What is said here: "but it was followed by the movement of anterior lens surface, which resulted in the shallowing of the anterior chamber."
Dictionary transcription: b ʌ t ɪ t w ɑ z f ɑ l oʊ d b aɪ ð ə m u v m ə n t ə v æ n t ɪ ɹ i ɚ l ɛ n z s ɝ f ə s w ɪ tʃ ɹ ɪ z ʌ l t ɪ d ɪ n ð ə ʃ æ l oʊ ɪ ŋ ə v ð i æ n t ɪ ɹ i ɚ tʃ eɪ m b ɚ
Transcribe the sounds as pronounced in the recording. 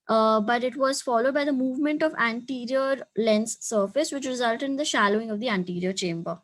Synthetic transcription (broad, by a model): b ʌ t ɪ t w ɑ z f ɑ l oʊ d b aɪ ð ə m u v m ə n t ə v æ n t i ɹ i ɚ l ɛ n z s ɝ f ə s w ɪ tʃ ɹ ɪ z ʌ l t ɪ d ɪ n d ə ʃ æ l oʊ ɪ ŋ ə v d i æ n t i ɹ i ɚ tʃ eɪ m b ɚ